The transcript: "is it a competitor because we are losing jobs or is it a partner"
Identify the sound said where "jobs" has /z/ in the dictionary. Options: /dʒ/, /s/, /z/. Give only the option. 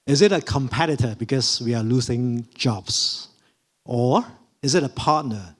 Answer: /s/